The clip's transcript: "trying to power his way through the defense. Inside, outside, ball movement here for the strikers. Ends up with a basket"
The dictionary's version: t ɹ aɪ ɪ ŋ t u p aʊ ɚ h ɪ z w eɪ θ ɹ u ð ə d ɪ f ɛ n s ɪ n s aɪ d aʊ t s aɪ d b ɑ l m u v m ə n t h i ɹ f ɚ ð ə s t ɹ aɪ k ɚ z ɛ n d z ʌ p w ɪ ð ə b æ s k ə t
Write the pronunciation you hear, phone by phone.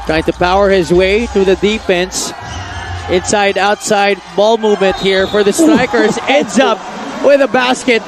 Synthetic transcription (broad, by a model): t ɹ aɪ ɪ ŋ t u p aʊ ɚ h ɪ z w eɪ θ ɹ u ð ə d ɪ f ɛ n s ɪ n s aɪ d aʊ t s aɪ d b ɑ l m u v m ə n t h i ɹ f ɚ ð ə s t ɹ aɪ k ɚ z ɛ n d z ʌ p w ɪ ð ə b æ s k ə t